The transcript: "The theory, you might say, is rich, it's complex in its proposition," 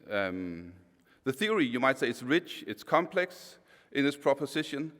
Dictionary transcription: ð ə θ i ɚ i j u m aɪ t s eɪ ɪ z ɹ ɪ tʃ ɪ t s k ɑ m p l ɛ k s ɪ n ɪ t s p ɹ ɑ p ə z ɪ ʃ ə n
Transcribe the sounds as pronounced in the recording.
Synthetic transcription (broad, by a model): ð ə θ i ɚ i j u m aɪ t s eɪ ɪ s ɹ ɪ tʃ ɪ t s k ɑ m p l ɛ k s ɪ n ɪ s p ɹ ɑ p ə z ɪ ʃ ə n